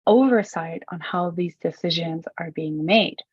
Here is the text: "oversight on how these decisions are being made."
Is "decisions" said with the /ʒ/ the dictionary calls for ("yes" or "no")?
yes